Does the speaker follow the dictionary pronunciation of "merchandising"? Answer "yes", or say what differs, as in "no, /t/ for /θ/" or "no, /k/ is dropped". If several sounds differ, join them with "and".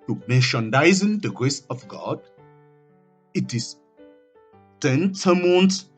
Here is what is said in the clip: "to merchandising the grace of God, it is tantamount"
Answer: no, /ʃ/ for /tʃ/